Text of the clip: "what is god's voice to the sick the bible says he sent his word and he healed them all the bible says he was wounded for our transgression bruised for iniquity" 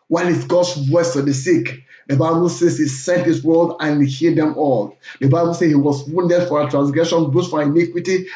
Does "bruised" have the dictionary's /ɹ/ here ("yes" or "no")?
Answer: no